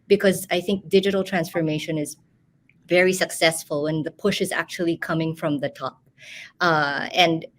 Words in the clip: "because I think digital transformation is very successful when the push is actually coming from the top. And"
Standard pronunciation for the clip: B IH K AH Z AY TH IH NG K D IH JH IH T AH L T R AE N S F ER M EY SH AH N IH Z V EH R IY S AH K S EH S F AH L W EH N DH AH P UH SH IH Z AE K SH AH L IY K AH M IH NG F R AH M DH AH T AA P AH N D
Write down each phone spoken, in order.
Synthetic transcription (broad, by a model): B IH K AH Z AY TH IH NG K D IH JH IH T AH L T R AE N S F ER M EY SH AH N IH Z V EH R IY S AH K S EH S F AH L W EH N DH AH P UH SH IH Z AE K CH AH L IY K AH M IH NG F R AH M DH AH T AA P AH N D